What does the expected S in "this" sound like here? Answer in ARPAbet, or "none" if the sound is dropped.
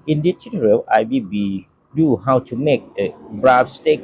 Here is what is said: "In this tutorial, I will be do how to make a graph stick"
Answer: none